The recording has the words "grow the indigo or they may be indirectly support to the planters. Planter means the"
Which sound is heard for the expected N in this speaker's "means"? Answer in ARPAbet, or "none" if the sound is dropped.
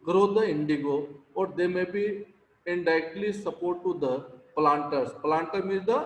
none